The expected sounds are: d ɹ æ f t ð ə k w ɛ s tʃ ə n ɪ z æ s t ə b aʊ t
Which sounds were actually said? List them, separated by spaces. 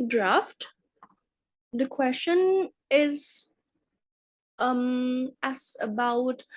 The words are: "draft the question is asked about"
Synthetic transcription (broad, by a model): d ɹ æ f t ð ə k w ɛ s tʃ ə n ɪ z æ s ə b aʊ t